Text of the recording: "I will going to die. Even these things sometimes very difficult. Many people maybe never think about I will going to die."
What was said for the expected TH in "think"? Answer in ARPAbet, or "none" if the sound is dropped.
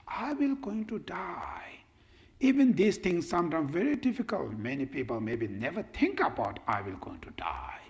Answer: T